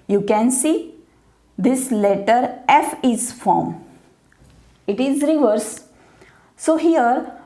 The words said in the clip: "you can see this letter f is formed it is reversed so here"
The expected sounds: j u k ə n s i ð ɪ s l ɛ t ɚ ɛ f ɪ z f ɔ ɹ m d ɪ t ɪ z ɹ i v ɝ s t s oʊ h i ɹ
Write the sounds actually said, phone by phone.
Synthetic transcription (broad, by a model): j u k ə n s i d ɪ s l ɛ t ɚ ɛ f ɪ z f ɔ ɹ m ɪ t ɪ z ɹ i v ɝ t s oʊ h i ɹ